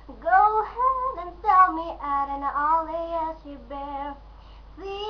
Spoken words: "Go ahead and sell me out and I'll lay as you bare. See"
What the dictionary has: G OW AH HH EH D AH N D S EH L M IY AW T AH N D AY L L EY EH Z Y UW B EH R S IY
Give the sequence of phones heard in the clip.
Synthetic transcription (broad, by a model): G OW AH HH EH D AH N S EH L M IY T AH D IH N L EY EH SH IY B EH R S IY